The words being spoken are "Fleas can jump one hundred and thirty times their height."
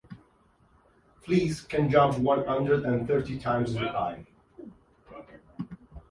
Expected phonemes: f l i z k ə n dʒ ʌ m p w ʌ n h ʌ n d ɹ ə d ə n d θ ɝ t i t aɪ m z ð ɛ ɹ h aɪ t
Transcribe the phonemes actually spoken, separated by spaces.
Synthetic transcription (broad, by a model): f l i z k ə n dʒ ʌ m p w ʌ n h ʌ n d ɹ ə d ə n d θ ɝ t i t aɪ m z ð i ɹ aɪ